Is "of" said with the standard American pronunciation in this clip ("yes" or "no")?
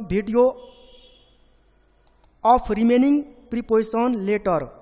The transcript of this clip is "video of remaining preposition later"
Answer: no